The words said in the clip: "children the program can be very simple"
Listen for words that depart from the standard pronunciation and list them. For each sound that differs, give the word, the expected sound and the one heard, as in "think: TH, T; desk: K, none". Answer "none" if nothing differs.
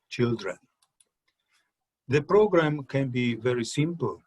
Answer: none